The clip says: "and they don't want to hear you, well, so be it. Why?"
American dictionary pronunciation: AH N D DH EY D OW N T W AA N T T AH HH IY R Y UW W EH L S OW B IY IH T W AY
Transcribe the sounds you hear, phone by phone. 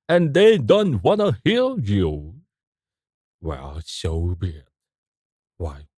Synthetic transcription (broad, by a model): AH N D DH EY D OW N T W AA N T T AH HH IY L Y UW W EH L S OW B IY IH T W AY